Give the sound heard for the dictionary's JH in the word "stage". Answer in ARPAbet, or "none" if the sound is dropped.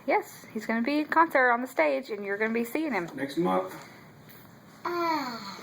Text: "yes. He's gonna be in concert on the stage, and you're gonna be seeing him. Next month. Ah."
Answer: JH